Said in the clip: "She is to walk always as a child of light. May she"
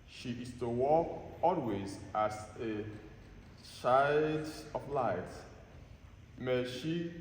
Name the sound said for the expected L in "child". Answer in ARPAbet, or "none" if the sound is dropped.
none